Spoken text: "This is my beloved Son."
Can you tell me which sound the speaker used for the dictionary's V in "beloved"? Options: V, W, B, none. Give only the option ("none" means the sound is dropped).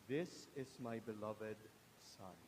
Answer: V